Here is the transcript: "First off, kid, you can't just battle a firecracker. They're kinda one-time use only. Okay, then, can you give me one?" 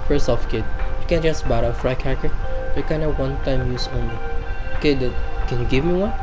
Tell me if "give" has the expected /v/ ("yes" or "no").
yes